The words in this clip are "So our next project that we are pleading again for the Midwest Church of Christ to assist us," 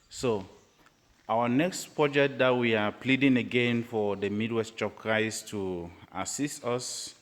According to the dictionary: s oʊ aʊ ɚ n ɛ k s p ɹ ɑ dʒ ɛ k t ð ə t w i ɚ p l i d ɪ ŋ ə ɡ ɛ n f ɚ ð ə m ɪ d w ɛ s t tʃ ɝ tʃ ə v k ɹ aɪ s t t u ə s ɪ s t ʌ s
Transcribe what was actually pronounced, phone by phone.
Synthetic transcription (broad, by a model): s oʊ aʊ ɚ n ɛ k s p ɹ ɑ dʒ ɛ k t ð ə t w i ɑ p l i d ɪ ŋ ə ɡ ɛ n f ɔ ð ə m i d w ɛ s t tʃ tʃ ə p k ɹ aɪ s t t u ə s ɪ s t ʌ s